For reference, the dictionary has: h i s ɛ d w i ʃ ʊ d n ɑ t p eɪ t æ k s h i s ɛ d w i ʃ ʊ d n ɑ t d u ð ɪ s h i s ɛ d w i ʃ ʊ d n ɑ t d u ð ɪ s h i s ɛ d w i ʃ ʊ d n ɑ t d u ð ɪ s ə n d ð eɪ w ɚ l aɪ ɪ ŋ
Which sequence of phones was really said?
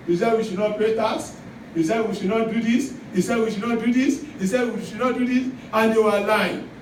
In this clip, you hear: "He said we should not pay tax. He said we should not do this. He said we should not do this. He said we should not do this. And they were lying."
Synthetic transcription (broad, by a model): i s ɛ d w i ʃ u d n ɑ t p eɪ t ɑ s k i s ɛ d w i ʃ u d n ɑ t d u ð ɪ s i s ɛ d w i ʃ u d n ɑ t d u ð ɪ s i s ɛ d w i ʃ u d n ɑ t d u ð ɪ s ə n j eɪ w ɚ l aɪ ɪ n